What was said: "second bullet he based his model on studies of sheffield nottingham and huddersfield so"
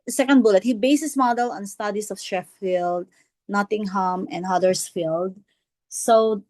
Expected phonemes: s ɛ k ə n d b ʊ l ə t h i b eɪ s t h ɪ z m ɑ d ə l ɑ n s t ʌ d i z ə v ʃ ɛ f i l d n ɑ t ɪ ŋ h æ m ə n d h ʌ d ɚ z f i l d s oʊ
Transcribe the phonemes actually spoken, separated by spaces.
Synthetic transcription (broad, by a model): s ɛ k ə n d b ʊ l ə t h i b eɪ s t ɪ s m ɑ d ə l ɑ n s t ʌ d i s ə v ʃ ɛ f i l d n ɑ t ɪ ŋ h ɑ m ə n d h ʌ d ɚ s f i l d s oʊ